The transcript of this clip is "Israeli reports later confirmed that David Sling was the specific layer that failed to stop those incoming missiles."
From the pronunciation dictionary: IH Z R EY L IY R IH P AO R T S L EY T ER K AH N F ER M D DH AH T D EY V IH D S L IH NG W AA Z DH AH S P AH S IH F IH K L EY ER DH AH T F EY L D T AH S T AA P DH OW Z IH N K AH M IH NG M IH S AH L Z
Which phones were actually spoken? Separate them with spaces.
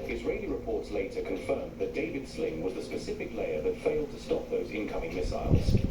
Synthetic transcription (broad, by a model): IH Z R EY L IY R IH P AO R T S L EY T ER K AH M F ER M DH AH T D EY V IH D S L IH NG W AA Z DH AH S P AH S IH F IH K L EY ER DH AH T F EY L D T AH S T AA P DH OW Z IH N K AH M IH NG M IH S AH L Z